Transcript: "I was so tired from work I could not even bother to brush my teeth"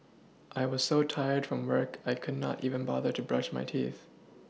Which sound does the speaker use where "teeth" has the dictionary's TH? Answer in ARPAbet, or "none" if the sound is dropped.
TH